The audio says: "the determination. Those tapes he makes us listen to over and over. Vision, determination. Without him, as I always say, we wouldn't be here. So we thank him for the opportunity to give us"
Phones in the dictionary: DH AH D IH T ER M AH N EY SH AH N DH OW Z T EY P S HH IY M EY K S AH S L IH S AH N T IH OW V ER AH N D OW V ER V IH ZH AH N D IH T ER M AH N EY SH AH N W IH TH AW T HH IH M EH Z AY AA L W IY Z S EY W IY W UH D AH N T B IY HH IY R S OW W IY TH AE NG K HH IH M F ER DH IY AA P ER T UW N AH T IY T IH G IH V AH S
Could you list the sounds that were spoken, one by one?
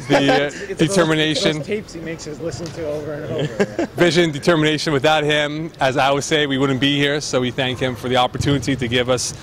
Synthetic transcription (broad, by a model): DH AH D IH T ER M AH N EY SH AH N T EY P S HH IY M EY K S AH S L IH S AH N T IH OW V ER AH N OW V V IH ZH AH N D IH T ER M AH N EY SH AH N W IH TH AW T HH IH M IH Z AY W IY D S EY W IY W UH D N B IY HH IY R S OW W IY TH AE NG K HH IH M F ER DH IY AA P ER T UW N AH T IY T IH G IH V AH S